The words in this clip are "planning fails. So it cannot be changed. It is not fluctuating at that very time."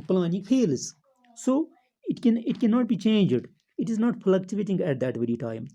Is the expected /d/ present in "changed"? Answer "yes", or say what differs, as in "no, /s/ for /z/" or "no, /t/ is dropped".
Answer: yes